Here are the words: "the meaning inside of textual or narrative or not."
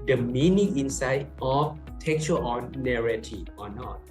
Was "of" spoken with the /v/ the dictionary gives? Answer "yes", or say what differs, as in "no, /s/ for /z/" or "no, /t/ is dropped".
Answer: no, /f/ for /v/